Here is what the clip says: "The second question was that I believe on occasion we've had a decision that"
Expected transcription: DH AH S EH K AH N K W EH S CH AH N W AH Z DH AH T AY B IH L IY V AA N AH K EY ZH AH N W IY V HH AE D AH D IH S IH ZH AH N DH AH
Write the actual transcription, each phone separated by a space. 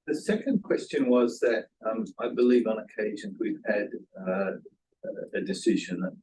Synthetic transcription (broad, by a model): DH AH S EH K AH N K W EH S CH AH N W AH Z DH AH T AY B IH L IY V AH N AH K EY ZH AH N W IY V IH D AH D IH S IH ZH AH N